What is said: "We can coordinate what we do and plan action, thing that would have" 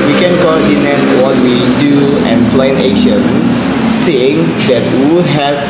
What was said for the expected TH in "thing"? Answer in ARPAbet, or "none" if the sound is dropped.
S